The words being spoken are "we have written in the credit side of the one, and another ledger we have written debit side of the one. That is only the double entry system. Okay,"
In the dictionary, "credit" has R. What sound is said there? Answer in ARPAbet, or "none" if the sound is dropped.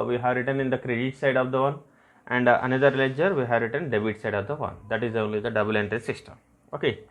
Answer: R